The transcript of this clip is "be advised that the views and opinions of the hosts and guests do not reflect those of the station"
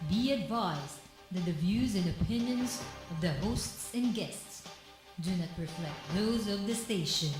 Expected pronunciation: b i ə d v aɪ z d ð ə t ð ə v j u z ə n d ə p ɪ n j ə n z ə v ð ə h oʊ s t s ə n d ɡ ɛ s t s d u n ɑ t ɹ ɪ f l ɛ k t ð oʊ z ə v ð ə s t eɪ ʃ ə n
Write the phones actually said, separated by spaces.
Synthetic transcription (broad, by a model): b i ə d v aɪ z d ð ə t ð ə v j u z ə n ə p ɪ n j ə n z ə v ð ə h oʊ s t s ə n ɡ ɛ s t s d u n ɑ t ɹ ɪ f l ɛ k t ð oʊ z ə v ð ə s t eɪ ʃ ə n